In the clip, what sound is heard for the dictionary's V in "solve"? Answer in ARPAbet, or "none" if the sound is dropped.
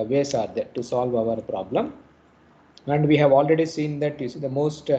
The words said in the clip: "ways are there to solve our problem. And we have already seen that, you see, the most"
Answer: V